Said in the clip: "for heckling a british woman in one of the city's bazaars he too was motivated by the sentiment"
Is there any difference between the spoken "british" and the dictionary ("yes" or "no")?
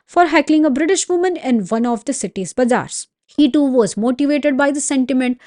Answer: no